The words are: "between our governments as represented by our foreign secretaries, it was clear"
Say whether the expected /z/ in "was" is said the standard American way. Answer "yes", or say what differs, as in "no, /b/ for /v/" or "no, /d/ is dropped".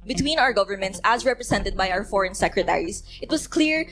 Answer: no, /s/ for /z/